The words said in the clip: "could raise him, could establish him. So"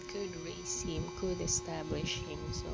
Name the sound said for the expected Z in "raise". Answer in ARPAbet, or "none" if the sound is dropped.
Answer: S